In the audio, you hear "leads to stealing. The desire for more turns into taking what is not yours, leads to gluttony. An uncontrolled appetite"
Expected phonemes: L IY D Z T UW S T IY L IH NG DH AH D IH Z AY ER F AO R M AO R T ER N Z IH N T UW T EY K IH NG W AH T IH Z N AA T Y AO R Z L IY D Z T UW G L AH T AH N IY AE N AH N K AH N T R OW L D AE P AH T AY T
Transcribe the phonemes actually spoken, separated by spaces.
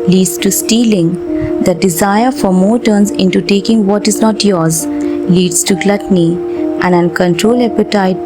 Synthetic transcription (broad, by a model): L IY D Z T UW S T IY L IH NG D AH D IH Z AY ER F AO R M AO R T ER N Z IH N T UW T EY K IH NG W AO T IH Z N AA T Y AO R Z L IY D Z T UW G L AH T N IY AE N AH N K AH N T R OW L EH P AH T AY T